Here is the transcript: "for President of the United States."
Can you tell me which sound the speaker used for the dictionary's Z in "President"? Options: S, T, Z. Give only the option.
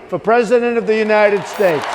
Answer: Z